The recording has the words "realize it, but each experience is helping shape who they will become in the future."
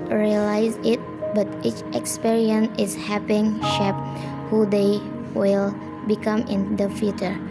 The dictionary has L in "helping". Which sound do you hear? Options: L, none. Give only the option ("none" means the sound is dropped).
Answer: none